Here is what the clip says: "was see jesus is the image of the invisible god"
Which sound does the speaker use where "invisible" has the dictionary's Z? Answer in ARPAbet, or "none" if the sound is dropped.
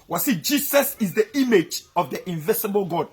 S